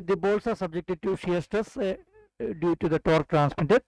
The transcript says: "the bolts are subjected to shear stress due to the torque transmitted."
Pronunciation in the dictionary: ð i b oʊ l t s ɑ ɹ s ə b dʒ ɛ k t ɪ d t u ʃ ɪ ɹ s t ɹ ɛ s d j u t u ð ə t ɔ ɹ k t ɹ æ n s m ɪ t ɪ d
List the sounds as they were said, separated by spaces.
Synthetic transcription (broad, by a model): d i b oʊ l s ɑ ɹ s ə b dʒ ɛ k t ɪ d t u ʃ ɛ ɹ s t ʌ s d j u t u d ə t ɔ ɹ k t ɹ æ n s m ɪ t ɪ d